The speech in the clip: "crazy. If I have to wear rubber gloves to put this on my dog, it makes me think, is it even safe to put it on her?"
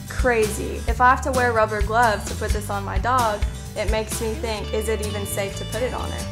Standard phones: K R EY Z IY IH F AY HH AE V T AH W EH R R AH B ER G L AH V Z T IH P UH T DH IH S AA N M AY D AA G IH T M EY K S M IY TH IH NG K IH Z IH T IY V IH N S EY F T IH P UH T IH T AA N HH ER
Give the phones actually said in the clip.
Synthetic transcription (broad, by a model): K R EY Z IY IH F AY HH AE F T AH W EH R R AH B ER G L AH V T IH P UH T DH IH S N M AY D AA G IH T M EY K S M IY TH IH NG K IH Z IH T IY V IH N S EY F T IH P UH T IH T N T